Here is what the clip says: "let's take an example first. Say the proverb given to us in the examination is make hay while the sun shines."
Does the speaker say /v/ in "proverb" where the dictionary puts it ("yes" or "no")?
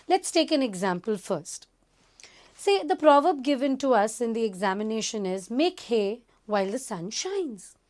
yes